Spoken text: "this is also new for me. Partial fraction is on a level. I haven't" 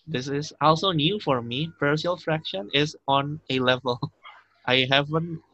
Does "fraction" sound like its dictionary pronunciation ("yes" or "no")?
yes